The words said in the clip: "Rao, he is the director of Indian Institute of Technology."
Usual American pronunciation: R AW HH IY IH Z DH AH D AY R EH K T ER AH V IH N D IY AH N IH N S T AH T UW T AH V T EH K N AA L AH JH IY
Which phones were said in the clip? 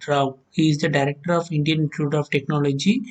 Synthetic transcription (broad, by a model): R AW HH IY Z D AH D AY R EH K T ER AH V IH N D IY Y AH N T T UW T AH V T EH K N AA L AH JH IY